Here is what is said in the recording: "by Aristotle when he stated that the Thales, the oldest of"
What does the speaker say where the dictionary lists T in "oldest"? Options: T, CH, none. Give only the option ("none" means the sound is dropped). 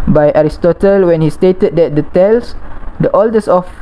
none